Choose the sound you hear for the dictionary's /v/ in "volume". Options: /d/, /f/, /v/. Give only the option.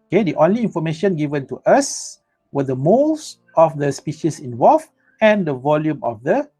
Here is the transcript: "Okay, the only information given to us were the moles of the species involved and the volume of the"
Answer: /v/